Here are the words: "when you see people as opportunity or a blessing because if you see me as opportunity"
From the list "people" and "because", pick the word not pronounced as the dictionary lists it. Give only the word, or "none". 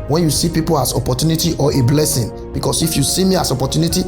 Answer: because